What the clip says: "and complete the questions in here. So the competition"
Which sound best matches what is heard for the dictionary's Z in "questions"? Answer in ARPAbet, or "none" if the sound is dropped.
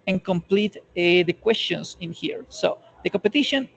S